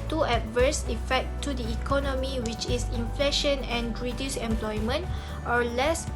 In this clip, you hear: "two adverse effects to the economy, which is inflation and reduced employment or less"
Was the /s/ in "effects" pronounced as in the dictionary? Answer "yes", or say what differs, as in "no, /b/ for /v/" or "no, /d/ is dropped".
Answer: no, /s/ is dropped